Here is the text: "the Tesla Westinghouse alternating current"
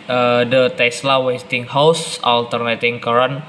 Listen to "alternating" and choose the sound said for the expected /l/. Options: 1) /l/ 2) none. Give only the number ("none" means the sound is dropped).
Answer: 1